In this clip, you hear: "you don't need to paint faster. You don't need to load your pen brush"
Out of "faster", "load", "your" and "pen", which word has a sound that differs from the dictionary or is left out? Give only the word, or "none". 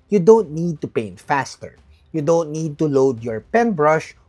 none